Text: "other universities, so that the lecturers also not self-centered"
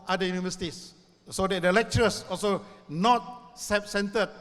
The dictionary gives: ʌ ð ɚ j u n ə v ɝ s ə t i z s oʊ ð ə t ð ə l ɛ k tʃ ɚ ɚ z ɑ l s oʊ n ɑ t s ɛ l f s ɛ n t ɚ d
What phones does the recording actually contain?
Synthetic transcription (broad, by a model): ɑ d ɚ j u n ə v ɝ s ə t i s s oʊ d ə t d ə l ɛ k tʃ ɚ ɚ s ɑ l s oʊ n ɑ t s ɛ f s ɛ n t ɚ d